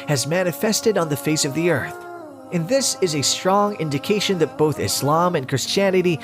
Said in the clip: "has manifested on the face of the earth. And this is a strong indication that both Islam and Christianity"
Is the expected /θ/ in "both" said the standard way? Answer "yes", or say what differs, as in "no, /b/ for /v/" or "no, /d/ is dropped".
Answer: yes